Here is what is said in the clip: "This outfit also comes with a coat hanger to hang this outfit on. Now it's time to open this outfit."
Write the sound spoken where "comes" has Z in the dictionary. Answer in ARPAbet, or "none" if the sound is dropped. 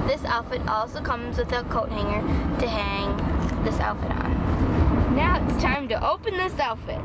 Z